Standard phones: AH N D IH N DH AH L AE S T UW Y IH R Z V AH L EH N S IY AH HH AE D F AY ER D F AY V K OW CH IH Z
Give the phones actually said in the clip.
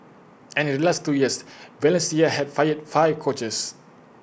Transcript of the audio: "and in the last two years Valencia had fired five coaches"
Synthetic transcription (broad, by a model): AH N IH N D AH L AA S T UW Y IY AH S V AH L EH N S IY AH HH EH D F AY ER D F AY V K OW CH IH S